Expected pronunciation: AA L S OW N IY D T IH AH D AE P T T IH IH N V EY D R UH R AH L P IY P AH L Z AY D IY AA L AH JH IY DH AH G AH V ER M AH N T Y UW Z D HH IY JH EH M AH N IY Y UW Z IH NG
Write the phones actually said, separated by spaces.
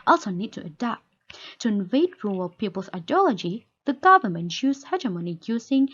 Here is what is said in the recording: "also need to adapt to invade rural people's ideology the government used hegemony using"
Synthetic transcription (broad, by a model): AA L S OW N IY D T IH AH D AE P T T IH IH N V EY D R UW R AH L P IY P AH L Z AY D IY AA L AH JH IY DH AH G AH V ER M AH N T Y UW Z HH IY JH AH M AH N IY Y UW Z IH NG